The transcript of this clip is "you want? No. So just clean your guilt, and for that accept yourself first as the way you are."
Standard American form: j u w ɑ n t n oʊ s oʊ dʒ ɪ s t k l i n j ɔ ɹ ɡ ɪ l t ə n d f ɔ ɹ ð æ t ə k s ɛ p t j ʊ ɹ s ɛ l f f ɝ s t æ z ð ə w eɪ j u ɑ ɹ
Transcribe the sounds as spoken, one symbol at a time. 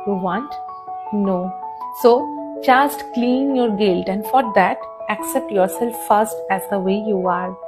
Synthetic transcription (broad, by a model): j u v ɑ n t n oʊ s oʊ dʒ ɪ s t k l i n j ɔ ɹ ɡ ɪ l t ə n d f ɔ ɹ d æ t ə k s ɛ p t j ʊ ɹ s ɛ l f f ɝ s t æ z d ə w eɪ j u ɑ ɹ